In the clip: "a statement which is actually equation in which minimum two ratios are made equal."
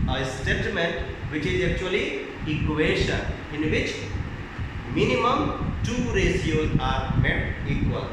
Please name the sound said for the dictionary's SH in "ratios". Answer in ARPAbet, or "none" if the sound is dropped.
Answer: S